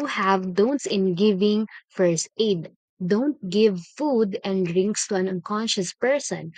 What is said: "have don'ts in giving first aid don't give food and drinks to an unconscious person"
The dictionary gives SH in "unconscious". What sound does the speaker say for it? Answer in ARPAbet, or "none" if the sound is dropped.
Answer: SH